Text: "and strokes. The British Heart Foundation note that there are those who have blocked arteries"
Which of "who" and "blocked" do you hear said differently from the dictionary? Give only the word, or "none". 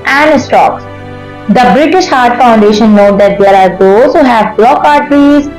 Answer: blocked